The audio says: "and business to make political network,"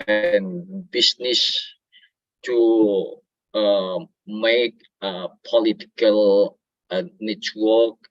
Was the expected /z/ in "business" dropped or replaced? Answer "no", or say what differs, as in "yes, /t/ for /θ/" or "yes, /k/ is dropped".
yes, /s/ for /z/